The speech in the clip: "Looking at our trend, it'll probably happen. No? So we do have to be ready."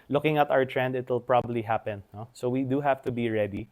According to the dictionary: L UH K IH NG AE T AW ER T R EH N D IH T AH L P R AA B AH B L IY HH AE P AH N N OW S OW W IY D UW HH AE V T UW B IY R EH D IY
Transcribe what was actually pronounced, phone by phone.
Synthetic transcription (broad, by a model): L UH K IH NG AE T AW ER T R EH N D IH T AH L P R AA B AH B L IY HH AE P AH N N OW S OW W IY D UW HH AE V T UW B IY R EH D IY